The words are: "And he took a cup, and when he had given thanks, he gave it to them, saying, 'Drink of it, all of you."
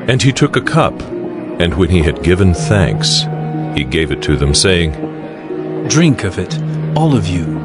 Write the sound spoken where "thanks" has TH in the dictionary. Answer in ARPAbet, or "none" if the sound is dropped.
TH